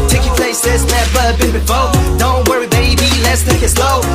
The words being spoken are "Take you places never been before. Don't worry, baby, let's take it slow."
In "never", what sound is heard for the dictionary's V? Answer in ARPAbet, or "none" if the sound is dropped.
B